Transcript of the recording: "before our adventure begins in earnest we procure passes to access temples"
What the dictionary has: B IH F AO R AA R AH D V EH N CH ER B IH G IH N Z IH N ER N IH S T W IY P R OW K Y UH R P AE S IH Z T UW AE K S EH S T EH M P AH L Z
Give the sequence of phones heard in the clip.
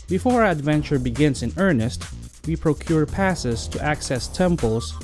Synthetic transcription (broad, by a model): B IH F AO R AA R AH D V EH N CH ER B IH G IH N S IH N ER N IH S T W IY P R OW K Y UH R P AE S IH S T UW AE K S EH S T EH M P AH L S